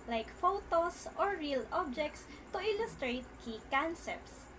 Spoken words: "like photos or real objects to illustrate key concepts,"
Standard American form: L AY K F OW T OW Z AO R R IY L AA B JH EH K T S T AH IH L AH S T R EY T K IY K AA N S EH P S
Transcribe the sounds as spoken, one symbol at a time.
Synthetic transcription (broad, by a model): L AY K F OW T OW S AO R R IY L AA B JH EH K T S T AH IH L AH S T R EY T K IY K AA N S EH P S